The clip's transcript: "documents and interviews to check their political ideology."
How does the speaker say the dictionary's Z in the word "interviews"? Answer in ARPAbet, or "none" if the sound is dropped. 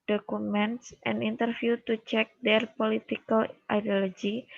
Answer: none